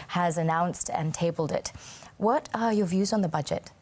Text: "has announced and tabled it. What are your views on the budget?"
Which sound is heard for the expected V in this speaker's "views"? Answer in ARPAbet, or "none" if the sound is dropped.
V